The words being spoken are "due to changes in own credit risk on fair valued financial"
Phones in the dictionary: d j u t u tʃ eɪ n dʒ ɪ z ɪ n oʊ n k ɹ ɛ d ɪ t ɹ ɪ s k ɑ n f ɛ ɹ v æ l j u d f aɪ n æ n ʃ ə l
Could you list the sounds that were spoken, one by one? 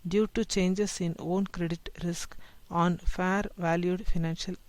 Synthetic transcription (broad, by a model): d j u t u tʃ eɪ n dʒ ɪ s ɪ n oʊ n k ɹ ɛ d ɪ t ɹ ɪ s k ɑ n f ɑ ɹ v æ l j u d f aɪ n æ n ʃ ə l